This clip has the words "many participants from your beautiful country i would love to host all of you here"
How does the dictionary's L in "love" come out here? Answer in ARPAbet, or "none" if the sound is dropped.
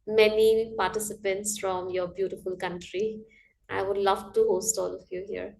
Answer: L